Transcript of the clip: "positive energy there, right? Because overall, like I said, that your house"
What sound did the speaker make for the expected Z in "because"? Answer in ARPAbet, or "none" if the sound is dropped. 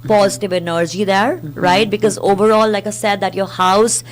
Z